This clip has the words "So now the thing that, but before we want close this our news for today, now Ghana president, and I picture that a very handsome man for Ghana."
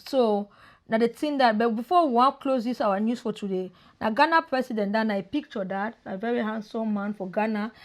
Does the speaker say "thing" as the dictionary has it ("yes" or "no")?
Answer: no